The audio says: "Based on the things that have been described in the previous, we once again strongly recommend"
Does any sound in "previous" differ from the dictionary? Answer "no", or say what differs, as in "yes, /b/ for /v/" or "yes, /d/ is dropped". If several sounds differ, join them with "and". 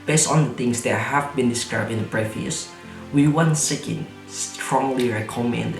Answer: yes, /f/ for /v/